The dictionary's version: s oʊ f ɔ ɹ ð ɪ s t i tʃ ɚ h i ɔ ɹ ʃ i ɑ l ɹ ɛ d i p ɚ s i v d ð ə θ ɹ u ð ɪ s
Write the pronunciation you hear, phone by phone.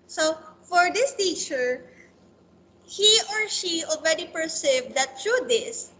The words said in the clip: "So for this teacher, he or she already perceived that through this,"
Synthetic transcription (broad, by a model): s oʊ f ɔ ɹ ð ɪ s t i tʃ ɚ h i ɔ ɹ ʃ i ɑ l ɹ ɛ d i p ɚ s i v d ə t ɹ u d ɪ s